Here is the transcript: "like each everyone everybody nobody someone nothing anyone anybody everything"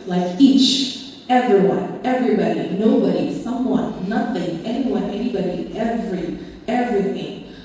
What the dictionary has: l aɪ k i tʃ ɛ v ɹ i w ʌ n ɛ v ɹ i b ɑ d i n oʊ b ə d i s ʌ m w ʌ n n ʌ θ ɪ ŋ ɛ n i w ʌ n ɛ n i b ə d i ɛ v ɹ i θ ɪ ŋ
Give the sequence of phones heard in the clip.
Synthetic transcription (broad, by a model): l aɪ k i tʃ ɛ v ɹ i w ʌ n ɛ v ɹ i b ɑ d i n oʊ b ə d i s ʌ m w ʌ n n ʌ θ ɪ ŋ ɛ n i w ʌ n ɛ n i b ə d i ɛ v ɹ i θ ɪ ŋ